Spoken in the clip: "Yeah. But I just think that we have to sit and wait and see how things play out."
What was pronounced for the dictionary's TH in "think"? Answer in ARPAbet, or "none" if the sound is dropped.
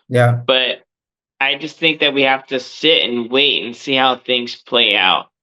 TH